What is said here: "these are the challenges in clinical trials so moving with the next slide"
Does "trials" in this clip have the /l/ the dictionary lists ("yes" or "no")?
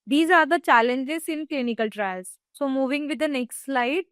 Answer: no